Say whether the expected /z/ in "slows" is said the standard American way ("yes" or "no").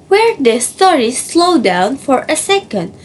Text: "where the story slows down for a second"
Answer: no